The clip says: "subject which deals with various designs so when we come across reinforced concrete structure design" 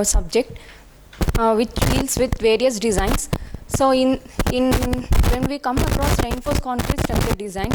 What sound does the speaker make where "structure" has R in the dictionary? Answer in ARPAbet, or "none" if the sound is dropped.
none